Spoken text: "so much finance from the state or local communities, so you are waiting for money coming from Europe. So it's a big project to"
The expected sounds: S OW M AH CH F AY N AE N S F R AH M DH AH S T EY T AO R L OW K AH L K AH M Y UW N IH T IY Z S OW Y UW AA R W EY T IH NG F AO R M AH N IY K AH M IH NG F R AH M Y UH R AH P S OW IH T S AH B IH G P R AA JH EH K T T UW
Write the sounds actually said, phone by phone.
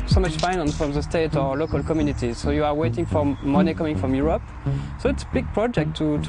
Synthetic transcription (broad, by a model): S OW M AH CH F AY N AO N F R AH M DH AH S T EY T AO R L OW K AH L K AH M Y UW N IH T IY Z S OW Y UW AA R W EY T IH NG F AO R M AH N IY K AH M IH NG F R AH M Y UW R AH P S OW IH T S AH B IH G P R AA JH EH K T T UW